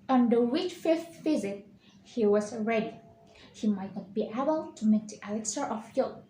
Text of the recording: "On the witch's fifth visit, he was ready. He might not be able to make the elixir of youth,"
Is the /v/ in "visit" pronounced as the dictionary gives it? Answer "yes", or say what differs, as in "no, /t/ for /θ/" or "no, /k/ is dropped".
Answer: no, /f/ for /v/